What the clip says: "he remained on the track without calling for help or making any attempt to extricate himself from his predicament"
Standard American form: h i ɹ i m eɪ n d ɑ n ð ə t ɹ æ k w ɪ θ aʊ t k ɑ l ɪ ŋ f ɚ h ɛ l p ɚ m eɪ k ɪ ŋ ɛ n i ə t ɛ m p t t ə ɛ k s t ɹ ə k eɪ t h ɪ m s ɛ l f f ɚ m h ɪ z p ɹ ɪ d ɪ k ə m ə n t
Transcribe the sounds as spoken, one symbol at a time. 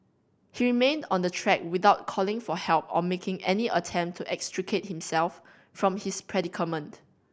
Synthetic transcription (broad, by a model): h i ɹ i m eɪ n d ɑ n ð ə t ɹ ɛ k w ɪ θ aʊ t k ɑ l ɪ ŋ f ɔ h ɛ l p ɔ m eɪ k ɪ ŋ ɛ n i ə t ɛ m p t t ɛ k s t ɹ ə k eɪ t h ɪ m s ɛ l f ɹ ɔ m h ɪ s p ɹ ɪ d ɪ k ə m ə n t